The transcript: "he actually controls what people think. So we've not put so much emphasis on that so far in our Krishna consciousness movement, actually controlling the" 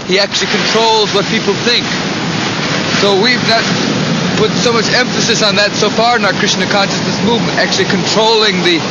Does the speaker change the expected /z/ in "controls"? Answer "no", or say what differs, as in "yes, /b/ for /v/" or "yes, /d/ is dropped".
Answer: no